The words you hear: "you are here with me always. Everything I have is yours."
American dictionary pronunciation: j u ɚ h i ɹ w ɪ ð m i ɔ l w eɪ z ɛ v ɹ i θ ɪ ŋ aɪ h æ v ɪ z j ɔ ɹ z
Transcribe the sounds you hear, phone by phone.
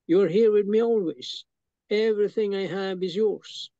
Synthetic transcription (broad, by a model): j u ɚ h i ɹ w ɪ ð m i ɔ l w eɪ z ɛ v ɹ i θ ɪ ŋ aɪ h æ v ɪ z j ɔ ɹ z